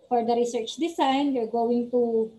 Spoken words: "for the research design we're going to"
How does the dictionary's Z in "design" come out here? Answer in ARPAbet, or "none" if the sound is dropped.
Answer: S